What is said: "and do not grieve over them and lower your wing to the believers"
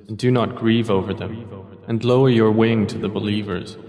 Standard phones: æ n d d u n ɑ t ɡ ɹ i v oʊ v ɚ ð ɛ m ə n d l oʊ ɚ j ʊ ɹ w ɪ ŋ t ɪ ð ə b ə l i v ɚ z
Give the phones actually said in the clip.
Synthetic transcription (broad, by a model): n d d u n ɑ t ɡ ɹ i v oʊ v ɚ ð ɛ m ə n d l oʊ ɚ j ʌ ɹ w ɪ ŋ t ɪ ð ə b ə l i v ɚ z